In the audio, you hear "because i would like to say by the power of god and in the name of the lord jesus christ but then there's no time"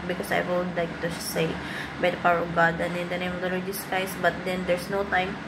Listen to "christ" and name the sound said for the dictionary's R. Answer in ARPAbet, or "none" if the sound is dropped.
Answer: none